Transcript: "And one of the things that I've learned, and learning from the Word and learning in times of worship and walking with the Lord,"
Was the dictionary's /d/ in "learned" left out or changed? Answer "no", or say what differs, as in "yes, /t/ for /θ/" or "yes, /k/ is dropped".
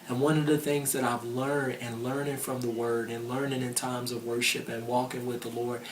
no